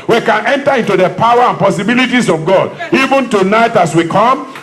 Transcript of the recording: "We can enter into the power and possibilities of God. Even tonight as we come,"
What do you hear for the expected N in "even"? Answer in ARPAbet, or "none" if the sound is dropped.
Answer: N